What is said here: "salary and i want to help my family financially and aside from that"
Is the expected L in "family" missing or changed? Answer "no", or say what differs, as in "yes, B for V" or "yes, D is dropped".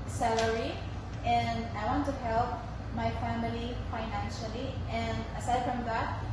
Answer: no